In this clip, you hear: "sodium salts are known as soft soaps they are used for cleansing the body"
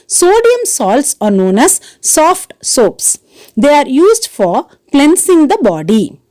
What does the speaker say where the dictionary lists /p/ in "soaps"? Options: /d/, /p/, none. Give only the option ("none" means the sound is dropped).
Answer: /p/